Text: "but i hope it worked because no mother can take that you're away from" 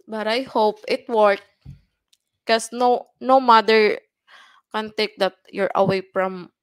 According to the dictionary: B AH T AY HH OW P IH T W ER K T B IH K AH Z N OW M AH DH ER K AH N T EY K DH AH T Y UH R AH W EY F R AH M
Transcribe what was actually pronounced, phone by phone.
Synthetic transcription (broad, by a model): B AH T AY HH OW P IH T W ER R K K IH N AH N OW M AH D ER K AH N T EY K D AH T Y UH R AH W EY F R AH M